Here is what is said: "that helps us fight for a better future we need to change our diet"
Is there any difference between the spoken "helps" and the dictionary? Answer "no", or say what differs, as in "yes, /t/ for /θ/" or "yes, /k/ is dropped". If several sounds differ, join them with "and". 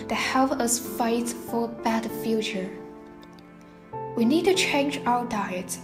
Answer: yes, /s/ is dropped